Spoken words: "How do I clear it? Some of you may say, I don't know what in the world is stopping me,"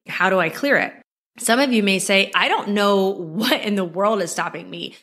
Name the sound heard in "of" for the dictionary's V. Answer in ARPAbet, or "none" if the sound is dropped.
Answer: V